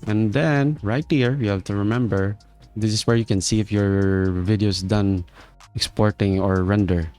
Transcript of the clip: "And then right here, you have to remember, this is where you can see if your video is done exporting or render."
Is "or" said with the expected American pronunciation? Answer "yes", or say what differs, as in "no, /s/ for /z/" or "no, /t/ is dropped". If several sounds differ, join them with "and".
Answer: yes